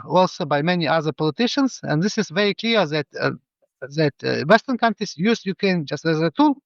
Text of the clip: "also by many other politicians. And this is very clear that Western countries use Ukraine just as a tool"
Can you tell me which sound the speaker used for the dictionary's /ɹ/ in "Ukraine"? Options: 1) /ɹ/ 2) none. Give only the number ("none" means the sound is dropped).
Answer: 2